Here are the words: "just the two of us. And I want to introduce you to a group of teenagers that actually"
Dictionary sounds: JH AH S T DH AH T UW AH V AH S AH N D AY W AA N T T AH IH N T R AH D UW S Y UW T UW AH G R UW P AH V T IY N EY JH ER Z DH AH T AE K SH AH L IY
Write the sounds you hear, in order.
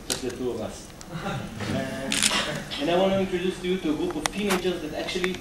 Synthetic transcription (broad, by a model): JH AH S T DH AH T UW AH V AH S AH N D AY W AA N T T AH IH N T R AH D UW S Y UW T UW AH G R UW P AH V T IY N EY CH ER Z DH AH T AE K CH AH L IY